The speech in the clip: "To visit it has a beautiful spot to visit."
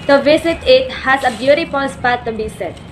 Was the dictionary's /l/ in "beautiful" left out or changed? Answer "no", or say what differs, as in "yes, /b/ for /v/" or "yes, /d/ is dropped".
yes, /n/ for /l/